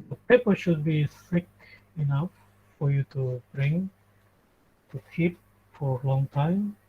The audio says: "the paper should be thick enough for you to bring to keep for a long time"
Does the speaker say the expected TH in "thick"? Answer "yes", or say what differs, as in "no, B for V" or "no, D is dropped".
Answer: no, S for TH